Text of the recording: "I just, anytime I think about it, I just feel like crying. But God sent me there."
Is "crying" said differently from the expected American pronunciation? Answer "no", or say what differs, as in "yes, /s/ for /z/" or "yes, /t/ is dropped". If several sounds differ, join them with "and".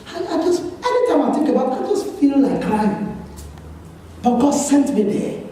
yes, /ɹ/ is dropped